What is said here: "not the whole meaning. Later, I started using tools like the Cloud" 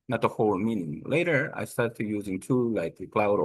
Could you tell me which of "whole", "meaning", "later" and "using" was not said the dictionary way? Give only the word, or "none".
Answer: none